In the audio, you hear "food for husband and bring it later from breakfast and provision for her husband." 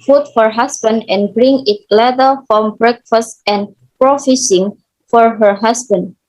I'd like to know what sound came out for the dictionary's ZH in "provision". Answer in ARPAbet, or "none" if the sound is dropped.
S